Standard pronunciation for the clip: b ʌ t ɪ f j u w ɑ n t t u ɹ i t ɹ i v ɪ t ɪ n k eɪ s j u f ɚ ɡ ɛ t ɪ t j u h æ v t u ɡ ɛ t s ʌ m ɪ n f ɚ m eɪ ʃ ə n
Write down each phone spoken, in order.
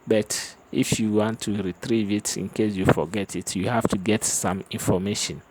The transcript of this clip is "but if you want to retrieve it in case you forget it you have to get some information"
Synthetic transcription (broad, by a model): b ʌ t ɪ f j u w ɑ n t t u ɹ i t ɹ i v ɪ t ɪ n k eɪ s j u f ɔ ɡ ɛ t ɪ t j u h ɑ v t u ɡ ɛ t s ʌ m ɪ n f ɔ m eɪ ʃ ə n